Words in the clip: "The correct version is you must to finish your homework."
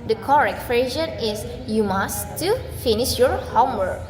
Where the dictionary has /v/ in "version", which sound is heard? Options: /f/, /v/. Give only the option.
/f/